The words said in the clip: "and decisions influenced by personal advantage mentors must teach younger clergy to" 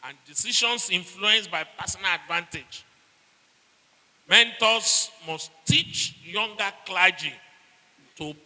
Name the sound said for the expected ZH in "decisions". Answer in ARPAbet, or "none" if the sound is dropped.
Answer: SH